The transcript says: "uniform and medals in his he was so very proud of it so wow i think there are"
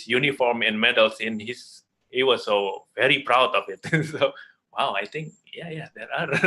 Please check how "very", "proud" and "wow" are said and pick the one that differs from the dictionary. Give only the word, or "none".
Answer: none